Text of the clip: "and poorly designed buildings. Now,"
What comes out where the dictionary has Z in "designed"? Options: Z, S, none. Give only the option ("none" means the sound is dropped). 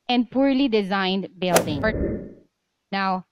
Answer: Z